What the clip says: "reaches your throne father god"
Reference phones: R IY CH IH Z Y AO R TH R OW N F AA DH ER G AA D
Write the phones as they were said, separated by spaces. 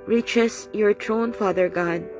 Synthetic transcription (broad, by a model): R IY CH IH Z Y AO R T R OW N F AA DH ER G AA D